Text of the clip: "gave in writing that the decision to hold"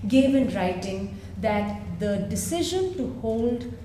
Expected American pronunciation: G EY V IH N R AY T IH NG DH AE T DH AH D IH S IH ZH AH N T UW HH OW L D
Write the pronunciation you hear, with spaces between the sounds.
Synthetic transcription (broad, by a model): G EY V IH N R AY T IH NG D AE T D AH D IH S IH ZH AH N T UW HH OW L D